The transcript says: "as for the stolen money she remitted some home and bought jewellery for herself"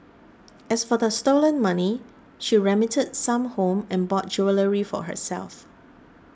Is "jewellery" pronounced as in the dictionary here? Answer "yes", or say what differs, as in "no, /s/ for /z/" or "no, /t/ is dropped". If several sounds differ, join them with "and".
yes